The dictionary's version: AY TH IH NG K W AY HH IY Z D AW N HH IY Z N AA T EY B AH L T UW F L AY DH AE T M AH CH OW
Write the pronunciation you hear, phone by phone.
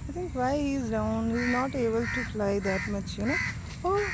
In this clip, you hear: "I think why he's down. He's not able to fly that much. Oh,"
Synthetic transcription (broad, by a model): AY T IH NG K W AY HH IY Z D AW N HH IY Z N AA T EY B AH L T UW F L AY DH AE T M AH CH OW